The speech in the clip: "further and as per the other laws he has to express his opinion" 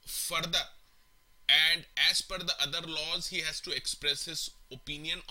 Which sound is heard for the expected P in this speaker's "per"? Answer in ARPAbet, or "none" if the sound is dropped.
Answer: F